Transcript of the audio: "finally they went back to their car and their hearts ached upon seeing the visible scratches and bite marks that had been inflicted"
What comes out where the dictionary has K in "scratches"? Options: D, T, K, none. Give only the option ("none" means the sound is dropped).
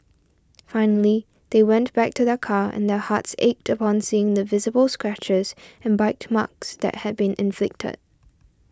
K